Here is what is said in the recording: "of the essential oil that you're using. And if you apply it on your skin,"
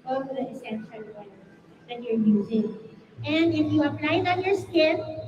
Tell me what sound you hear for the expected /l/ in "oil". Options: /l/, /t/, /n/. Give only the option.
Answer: /n/